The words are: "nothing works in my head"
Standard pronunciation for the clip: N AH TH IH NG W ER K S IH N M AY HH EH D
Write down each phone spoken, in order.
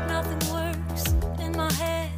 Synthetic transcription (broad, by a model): N AH TH IH NG W ER S IH N M AY HH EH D